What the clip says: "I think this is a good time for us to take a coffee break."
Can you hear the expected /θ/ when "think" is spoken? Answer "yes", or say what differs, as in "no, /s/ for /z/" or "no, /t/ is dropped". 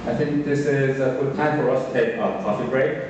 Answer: yes